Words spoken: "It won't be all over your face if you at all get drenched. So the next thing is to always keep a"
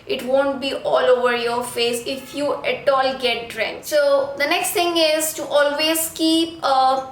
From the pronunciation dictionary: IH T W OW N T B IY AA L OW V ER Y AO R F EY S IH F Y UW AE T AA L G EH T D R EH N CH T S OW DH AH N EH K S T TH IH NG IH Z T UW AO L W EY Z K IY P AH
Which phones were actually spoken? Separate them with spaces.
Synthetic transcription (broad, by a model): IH T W OW N T B IY AA L OW V ER Y AO R F EY S IH F Y UW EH T AA L G EH T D R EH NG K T S OW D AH N EH K S T T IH NG IH Z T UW AO L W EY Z K IY P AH